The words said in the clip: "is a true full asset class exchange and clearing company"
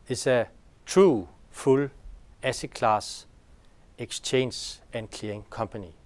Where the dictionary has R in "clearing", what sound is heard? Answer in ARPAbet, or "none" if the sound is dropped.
none